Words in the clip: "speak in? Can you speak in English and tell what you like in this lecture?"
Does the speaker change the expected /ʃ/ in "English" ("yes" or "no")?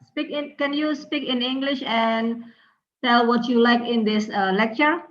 no